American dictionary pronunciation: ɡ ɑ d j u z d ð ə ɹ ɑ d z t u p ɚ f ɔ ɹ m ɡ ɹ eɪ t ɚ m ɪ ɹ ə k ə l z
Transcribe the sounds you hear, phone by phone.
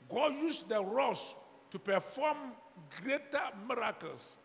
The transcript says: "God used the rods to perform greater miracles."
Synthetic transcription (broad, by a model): ɡ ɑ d j u s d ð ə ɹ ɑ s t u p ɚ f ɔ m ɡ ɹ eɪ t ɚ m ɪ ɹ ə k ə l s